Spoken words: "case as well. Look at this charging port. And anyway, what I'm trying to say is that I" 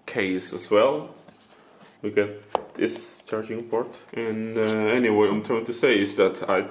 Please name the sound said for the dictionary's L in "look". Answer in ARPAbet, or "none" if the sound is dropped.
W